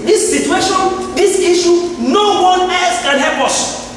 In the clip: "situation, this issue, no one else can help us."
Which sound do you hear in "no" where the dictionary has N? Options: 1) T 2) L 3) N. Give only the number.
3